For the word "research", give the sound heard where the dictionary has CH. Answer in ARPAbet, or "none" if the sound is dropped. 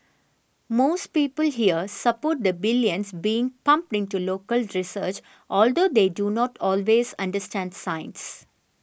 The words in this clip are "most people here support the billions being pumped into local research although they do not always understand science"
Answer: CH